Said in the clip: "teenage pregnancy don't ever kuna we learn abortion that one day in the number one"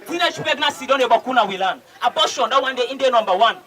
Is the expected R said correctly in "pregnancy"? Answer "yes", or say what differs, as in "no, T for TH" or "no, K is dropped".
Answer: no, R is dropped